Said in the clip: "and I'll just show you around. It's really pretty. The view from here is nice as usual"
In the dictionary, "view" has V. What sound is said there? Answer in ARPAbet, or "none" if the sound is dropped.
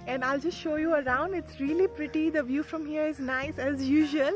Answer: V